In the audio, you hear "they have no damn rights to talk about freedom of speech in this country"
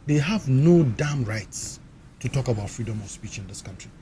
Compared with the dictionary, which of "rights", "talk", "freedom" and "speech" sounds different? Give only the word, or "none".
none